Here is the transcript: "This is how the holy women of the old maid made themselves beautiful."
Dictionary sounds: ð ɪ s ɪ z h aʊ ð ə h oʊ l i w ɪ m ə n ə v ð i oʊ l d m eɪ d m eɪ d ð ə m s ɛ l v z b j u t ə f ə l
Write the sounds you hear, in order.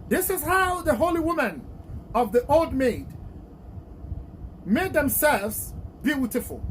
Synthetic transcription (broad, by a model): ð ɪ s ɪ z h aʊ ð ə h oʊ l i w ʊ m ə n ə v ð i oʊ l d m eɪ d m eɪ d ð ə m s ɛ l v z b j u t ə f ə l